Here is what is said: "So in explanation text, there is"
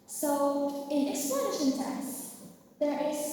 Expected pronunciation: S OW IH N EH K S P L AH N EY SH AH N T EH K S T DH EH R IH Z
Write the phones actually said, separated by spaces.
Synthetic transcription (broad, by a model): S OW IH N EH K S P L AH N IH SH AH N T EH S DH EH R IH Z